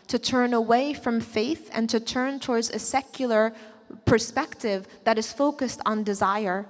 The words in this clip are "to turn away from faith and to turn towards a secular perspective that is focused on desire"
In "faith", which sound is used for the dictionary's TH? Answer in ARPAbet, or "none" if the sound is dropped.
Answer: TH